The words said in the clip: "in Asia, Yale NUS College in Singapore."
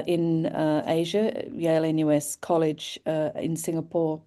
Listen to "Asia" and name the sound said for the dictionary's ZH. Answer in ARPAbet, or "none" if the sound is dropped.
ZH